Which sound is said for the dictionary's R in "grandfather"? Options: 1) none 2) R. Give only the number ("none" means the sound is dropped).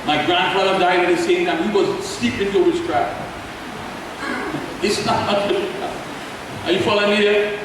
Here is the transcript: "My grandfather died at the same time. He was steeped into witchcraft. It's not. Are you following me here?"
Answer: 2